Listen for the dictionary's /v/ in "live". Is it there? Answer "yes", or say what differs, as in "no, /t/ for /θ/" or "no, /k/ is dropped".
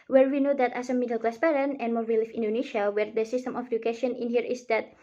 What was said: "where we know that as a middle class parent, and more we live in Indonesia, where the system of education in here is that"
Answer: no, /f/ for /v/